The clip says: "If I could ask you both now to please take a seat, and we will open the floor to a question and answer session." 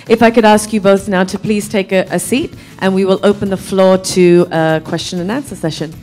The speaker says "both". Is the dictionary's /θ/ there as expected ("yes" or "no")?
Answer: yes